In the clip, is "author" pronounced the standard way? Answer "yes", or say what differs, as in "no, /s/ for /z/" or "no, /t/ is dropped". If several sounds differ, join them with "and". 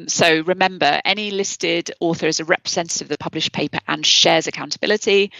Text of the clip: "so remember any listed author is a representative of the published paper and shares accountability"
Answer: yes